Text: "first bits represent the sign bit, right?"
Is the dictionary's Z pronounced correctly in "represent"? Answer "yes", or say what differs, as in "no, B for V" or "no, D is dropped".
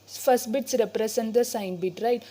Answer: no, S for Z